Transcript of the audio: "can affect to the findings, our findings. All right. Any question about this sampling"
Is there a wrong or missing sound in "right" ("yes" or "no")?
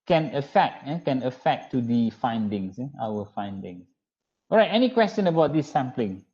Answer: no